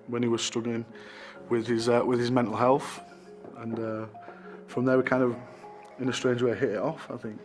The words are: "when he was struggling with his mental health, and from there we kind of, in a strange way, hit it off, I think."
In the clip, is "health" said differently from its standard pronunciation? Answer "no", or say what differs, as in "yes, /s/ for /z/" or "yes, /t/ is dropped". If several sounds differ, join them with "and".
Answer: no